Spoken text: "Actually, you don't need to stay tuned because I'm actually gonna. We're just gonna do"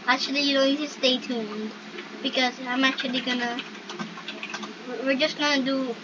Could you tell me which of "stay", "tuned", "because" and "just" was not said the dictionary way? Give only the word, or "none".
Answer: none